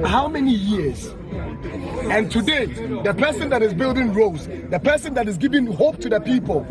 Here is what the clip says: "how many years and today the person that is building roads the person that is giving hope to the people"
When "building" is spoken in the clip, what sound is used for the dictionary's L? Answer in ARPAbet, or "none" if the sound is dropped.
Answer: L